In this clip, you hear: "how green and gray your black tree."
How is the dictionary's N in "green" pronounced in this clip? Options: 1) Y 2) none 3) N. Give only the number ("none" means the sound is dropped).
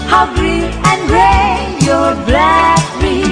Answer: 2